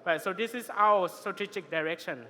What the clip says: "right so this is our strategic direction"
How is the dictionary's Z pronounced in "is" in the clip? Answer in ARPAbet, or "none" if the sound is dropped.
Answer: S